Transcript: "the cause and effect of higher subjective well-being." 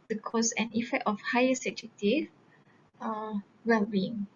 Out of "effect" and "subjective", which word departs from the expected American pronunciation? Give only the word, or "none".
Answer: subjective